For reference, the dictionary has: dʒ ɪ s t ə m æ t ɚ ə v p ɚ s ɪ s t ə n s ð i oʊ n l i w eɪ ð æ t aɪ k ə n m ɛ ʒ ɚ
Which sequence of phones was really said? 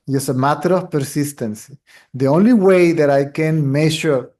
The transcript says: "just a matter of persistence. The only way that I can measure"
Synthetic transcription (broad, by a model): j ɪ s ə m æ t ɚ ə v p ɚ s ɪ s t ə n s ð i oʊ n l i w eɪ ð æ t aɪ k ə n m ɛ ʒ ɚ